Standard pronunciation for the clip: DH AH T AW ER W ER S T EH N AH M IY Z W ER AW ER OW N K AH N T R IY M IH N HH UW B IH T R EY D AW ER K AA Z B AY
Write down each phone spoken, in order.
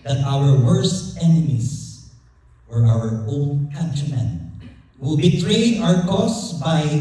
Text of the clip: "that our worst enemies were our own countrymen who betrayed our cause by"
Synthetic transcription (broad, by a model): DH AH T AW ER W ER S T EH N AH M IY S W ER AW ER OW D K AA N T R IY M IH N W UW B IH T R EY D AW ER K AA S B AY